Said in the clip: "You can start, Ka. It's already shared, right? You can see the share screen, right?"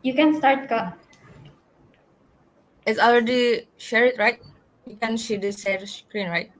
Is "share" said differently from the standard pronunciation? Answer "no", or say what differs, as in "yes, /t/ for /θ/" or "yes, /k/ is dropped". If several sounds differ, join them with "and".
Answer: yes, /s/ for /ʃ/